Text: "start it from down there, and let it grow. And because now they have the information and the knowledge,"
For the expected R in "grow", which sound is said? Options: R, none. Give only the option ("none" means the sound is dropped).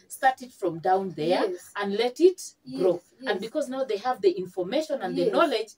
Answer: R